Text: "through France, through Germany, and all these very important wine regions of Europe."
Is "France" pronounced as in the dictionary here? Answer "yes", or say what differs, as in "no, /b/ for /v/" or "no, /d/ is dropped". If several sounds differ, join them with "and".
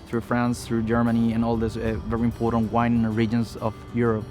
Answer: yes